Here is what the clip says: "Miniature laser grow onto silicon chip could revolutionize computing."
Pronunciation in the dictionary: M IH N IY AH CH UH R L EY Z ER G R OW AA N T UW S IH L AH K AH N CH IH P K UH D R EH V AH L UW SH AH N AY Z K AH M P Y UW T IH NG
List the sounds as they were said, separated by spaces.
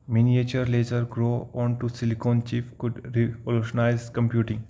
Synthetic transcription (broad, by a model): M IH N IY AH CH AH R L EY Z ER G R OW AA N T UW S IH L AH K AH N CH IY F K UH D R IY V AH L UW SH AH N AY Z K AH M P Y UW T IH NG